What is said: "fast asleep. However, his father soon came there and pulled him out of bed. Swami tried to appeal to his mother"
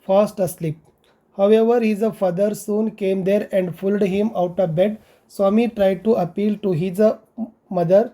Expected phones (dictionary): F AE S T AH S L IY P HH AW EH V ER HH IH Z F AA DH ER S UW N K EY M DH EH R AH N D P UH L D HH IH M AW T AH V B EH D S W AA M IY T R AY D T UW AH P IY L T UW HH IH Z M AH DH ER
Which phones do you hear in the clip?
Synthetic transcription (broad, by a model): F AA S T AH S L IY P HH AW EH V ER HH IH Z F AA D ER S UW N K EY M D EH R AH N D F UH L D HH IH M AW T AH V B EH D S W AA M IY T R AY D T UW AH P IY L T UW HH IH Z M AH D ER